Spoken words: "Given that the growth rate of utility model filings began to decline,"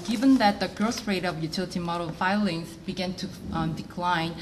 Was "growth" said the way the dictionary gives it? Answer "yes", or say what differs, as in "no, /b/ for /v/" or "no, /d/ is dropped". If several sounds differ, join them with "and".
no, /s/ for /θ/